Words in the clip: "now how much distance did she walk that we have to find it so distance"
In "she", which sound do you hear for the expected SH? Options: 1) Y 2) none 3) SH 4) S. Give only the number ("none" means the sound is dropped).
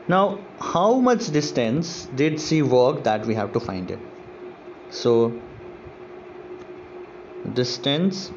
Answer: 4